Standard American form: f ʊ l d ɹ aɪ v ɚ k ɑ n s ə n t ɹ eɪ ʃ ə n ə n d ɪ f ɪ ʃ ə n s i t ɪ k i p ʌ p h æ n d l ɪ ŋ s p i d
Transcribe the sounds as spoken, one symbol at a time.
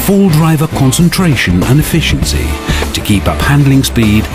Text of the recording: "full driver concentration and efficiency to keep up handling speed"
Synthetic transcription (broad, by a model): f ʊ l d ɹ aɪ v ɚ k ɑ n s ə n t ɹ eɪ ʃ ə n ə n ɪ f ɪ ʃ ə n s i t ɪ k i p ʌ p h æ n d l ɪ ŋ s p i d